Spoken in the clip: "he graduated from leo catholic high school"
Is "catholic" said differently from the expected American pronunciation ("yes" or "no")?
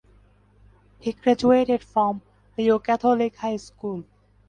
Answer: yes